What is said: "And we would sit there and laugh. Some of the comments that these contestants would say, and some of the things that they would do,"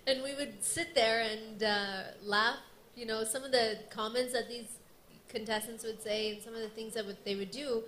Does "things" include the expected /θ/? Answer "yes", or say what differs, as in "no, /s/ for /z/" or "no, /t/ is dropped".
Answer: yes